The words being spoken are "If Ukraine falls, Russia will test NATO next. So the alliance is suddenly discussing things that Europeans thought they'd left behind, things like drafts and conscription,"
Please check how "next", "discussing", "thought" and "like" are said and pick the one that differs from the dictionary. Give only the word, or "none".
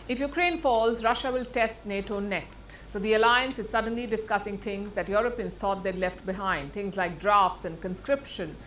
thought